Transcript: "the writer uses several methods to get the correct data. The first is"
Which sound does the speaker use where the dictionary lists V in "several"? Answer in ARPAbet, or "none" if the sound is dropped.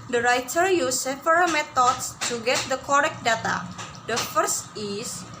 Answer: none